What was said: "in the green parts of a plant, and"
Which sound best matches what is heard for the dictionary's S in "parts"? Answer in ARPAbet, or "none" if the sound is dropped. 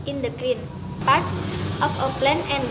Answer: none